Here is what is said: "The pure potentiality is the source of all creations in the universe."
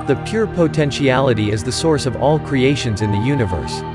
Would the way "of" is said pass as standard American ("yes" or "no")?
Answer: yes